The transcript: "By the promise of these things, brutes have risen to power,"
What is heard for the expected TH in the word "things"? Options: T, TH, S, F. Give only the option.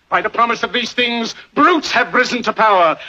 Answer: TH